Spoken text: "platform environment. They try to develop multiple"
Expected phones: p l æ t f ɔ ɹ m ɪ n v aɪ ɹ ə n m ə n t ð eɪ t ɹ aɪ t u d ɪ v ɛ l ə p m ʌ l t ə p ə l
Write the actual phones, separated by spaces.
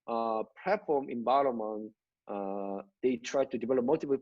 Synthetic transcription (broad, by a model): p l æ t f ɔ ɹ m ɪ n b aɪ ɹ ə m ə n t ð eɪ t ɹ aɪ t u d ɪ v ɛ l ə p m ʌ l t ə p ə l